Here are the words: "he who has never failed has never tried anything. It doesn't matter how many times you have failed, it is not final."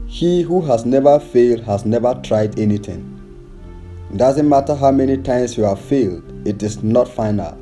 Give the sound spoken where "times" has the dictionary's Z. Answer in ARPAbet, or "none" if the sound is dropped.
S